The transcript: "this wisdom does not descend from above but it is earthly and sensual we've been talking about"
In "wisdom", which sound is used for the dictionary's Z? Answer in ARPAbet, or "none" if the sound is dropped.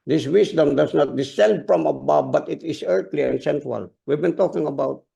S